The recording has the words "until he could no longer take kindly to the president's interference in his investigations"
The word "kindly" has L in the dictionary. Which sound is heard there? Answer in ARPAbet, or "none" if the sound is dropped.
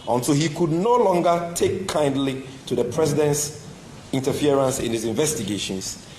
L